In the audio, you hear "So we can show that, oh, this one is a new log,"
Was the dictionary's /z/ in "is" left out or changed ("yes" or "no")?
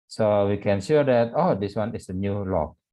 yes